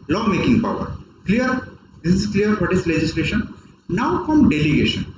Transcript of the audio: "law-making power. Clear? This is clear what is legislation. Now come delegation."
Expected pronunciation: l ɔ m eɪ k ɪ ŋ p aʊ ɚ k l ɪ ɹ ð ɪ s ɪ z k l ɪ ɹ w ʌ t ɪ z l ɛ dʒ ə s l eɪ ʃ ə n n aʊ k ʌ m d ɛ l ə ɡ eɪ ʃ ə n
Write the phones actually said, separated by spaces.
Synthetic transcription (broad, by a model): l ɔ m eɪ k ɪ ŋ p aʊ ɚ k l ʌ ɹ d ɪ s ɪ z k l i ɹ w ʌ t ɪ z l ɛ dʒ ə s l eɪ ʃ ə n n aʊ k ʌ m d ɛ l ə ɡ eɪ ʃ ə n